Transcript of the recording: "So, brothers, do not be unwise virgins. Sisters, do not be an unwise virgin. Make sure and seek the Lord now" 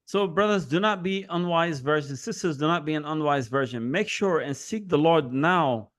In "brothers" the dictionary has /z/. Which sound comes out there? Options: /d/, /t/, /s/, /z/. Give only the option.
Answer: /z/